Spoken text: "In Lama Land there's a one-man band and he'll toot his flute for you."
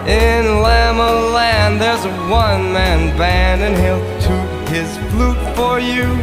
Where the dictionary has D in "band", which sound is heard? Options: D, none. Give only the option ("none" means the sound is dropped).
none